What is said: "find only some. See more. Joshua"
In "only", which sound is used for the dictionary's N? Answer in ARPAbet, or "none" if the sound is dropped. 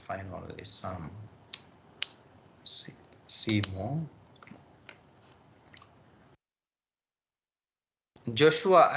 none